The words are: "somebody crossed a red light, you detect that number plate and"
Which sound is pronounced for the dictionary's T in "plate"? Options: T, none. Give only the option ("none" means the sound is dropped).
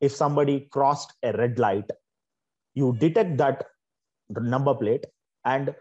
T